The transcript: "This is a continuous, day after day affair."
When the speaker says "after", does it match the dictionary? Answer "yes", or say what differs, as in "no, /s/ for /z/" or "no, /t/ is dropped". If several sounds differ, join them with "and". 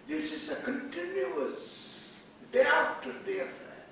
no, /f/ is dropped